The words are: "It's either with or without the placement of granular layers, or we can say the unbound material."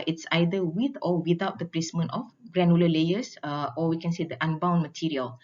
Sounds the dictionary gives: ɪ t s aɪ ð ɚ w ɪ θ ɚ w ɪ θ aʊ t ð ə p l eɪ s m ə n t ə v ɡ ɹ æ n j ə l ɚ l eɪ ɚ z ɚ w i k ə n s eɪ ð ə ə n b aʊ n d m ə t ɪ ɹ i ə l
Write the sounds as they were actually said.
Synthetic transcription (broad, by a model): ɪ t s aɪ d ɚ w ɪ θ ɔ w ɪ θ aʊ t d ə p l eɪ s m ə n t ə f ɡ ɹ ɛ n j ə l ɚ l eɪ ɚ s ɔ w i k ə n s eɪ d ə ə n b aʊ n m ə t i ɹ i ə l